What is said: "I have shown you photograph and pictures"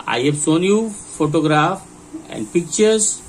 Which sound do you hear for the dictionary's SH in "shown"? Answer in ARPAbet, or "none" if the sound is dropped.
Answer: S